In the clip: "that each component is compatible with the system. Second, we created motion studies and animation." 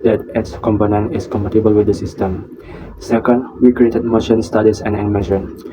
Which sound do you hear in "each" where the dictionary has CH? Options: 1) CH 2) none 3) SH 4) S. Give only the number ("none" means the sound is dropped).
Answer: 4